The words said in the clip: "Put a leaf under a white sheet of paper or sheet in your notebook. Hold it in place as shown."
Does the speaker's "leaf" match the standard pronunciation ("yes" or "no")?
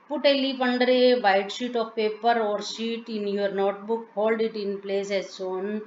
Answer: no